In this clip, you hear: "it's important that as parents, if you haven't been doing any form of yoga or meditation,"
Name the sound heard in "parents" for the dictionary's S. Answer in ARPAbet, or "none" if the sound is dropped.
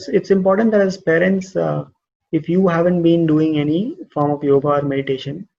S